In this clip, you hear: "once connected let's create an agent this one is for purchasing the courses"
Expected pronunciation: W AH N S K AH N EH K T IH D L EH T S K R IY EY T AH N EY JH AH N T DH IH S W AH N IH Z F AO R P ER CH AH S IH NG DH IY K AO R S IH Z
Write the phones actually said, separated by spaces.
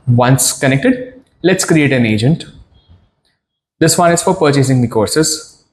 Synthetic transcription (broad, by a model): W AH N S K AH N EH K T IH D L EH T S K R IY EY T AH N EY JH AH N T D IH S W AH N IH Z F AO R P ER CH AH S IH NG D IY K AO R S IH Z